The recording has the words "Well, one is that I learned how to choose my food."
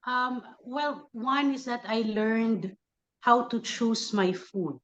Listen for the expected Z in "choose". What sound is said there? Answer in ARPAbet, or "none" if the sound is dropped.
S